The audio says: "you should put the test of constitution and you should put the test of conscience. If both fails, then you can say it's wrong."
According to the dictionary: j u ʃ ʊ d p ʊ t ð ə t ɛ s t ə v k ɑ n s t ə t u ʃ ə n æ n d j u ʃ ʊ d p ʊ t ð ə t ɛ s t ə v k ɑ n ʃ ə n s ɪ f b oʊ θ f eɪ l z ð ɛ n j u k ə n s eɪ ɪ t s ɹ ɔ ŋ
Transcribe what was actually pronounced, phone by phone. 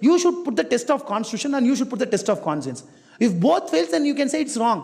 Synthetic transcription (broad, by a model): j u ʃ ʊ d p ʊ t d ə t ɛ s t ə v k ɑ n s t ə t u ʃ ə n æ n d j u ʃ ʊ d p ʊ t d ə t ɛ s t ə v k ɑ n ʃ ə n s ɪ f b oʊ t f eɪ l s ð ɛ n j u k ə n s eɪ ɪ t s ɹ ɔ ŋ